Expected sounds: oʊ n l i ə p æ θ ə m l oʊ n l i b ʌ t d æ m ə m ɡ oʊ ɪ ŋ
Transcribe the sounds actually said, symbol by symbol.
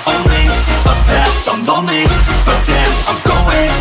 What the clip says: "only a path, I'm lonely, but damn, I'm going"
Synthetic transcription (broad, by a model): oʊ n l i ə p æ s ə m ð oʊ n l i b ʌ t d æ ə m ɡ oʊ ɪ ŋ